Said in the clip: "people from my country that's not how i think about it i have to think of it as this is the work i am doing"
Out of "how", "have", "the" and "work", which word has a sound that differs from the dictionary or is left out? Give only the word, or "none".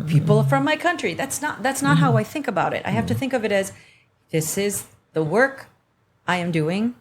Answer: have